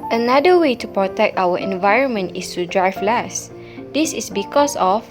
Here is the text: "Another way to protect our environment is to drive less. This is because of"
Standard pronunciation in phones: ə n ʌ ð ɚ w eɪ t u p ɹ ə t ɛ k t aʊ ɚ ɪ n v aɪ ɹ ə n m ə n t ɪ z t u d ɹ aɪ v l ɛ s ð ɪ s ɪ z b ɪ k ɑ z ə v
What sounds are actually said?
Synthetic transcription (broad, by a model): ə n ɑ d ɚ w eɪ t u p ɹ ə t ɛ k t aʊ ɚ ɪ n v aɪ ɹ ə n m ə n t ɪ s t u d ɹ aɪ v l ɛ s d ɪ s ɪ s b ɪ k ɑ s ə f